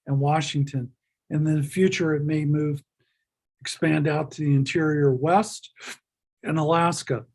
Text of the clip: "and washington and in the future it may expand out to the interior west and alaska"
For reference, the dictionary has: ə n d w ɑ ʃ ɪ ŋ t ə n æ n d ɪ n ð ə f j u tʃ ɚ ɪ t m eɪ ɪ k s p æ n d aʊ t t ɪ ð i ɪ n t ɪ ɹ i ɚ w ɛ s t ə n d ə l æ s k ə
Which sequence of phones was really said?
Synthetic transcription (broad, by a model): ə n w ɑ ʃ ɪ ŋ t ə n n ɪ n ð ə f j u tʃ ɚ ɪ t m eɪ ɪ k s p æ n d aʊ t t ɪ ð i ɪ n t ɪ ɹ i ɚ w ɛ s t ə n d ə l æ s k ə